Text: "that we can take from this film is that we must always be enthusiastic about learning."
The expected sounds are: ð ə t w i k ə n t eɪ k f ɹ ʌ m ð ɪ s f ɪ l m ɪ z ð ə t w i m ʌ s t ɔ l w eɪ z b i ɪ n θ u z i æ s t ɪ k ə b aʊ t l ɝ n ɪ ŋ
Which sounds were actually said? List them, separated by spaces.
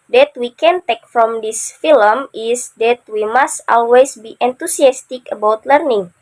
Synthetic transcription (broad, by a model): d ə t w i k ə n t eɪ k f ɹ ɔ m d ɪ s f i l m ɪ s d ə t w i m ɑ s t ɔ l w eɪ s b i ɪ n t u s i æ s t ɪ k ə b aʊ t l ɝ n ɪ ŋ